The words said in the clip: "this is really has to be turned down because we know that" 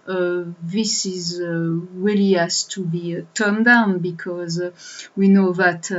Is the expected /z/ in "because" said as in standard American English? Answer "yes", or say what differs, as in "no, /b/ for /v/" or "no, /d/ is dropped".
yes